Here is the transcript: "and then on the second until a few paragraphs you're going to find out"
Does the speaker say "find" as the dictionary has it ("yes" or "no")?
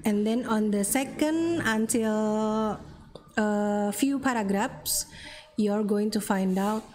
yes